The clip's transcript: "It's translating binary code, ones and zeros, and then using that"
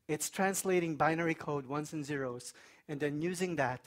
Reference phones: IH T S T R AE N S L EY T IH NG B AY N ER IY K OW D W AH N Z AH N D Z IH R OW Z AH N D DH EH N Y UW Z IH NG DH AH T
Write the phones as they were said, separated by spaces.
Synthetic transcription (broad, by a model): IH T S T R AE N S L EY T IH NG B AY N ER IY K OW D W AH N S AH N Z IH R OW Z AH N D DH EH N Y UW Z IH NG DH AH T